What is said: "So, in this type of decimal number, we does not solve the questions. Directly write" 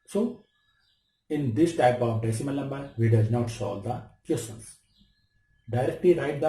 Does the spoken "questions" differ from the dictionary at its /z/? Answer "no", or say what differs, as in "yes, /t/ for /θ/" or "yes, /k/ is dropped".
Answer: yes, /s/ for /z/